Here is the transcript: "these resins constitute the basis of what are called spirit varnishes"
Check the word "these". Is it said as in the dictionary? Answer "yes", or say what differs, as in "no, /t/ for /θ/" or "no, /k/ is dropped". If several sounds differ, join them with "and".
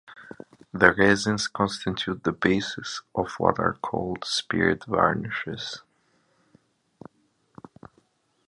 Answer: no, /z/ is dropped